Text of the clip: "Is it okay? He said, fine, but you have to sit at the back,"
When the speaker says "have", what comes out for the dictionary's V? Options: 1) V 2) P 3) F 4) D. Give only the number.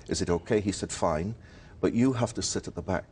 3